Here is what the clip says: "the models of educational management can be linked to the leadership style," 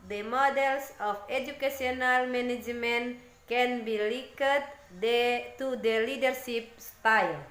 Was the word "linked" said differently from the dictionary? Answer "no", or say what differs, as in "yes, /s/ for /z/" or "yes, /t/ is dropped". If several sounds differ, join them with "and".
yes, /ŋ/ is dropped